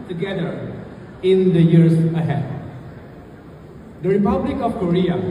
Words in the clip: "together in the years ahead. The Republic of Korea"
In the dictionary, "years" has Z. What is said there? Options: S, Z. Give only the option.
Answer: S